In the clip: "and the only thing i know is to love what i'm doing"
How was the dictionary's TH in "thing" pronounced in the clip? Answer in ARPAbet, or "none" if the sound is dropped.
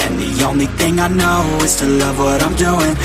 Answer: TH